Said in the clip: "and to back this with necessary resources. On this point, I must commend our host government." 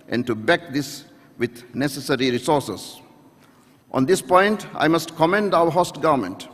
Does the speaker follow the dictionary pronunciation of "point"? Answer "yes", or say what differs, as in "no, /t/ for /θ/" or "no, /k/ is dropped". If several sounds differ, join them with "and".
yes